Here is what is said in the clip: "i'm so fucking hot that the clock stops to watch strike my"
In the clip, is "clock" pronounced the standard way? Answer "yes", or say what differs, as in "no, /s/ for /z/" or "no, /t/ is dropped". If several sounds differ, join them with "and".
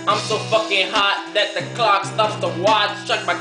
yes